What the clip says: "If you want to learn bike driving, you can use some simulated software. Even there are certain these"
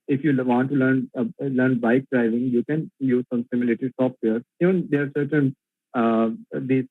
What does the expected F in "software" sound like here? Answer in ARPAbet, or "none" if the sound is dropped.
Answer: P